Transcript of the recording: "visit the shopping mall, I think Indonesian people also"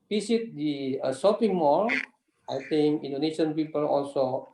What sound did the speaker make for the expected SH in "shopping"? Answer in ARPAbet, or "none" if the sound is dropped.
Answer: S